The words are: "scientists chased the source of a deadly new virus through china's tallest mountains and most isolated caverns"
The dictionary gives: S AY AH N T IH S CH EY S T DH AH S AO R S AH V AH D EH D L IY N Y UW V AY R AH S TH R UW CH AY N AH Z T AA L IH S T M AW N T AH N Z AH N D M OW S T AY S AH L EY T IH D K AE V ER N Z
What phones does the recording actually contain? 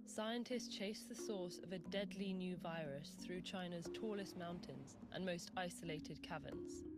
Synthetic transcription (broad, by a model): S AY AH N T IH S CH EY S DH AH S AO S AH V AH D EH D L IY N Y UW V AY R AH S TH R UW CH AY N AH Z T AA L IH S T M AW N T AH N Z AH N M OW S T AY S AH L EY T IH D K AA V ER N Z